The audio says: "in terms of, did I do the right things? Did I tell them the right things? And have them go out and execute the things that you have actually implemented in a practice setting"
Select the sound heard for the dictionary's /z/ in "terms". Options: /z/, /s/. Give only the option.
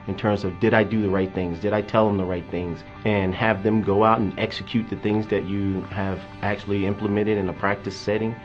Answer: /z/